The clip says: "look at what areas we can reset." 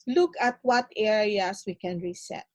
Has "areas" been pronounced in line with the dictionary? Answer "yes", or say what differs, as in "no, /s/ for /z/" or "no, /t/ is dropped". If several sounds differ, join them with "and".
no, /s/ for /z/